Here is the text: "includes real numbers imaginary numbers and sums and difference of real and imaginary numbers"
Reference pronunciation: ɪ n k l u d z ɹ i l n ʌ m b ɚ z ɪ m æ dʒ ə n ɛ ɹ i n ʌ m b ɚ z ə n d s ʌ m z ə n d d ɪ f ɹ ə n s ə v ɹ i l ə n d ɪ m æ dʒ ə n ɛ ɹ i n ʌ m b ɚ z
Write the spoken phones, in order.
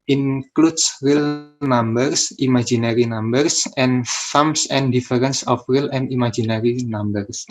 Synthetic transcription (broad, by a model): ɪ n k l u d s ɹ i l n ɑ m b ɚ s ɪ m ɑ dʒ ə n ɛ ɹ i n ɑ m b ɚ s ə n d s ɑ m s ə n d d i f ɹ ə n s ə f ɹ i l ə n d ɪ m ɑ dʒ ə n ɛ ɹ i n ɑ m b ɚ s